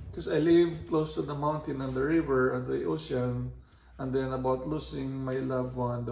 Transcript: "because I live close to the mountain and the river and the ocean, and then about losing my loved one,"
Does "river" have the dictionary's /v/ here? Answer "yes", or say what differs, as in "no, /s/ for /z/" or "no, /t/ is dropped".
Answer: yes